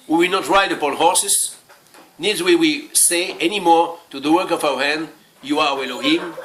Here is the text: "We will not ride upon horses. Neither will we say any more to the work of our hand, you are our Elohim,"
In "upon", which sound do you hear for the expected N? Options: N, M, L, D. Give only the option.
L